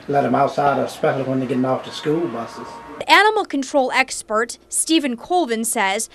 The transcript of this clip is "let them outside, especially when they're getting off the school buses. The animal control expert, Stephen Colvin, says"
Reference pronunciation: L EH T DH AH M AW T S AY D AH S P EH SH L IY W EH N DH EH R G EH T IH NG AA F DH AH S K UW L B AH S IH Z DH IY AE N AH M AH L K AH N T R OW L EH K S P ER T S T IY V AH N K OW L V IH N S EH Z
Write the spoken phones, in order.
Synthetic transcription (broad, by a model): L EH T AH M AW T S AY D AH S P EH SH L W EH N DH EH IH G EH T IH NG AA F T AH S K UW L B AH S IH Z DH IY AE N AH M L K AH N T R OW L EH K S P ER T S T IY V AH N K OW L V IH N S EH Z